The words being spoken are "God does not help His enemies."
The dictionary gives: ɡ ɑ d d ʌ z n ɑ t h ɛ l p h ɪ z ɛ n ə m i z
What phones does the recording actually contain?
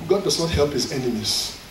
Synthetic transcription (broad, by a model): ɡ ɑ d d ʌ z n ɑ t h ɛ l p h ɪ z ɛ n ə m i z